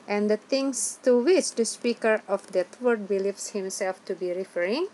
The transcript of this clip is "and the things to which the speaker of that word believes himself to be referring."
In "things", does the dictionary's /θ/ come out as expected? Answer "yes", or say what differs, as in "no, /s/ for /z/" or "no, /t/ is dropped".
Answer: no, /t/ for /θ/